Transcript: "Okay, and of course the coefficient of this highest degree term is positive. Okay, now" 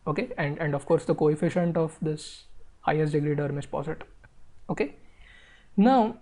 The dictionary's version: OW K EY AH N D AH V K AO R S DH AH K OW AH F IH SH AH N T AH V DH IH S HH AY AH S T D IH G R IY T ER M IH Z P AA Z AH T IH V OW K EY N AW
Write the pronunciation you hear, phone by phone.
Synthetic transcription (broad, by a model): OW K EY AH N D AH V K AO R S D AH K OW AH F IH SH AH N T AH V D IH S HH AY AH S T D IH G R IY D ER M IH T P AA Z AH T OW K EY N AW